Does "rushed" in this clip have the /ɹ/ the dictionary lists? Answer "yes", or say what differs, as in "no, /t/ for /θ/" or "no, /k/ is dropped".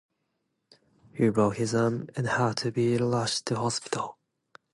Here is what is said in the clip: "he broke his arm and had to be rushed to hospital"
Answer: no, /l/ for /ɹ/